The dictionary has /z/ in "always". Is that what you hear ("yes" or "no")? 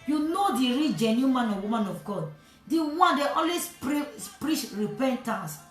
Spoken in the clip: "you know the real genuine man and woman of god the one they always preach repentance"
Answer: no